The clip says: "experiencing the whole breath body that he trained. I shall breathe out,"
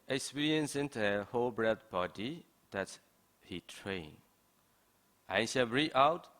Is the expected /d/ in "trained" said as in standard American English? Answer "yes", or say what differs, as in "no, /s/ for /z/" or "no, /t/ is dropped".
no, /d/ is dropped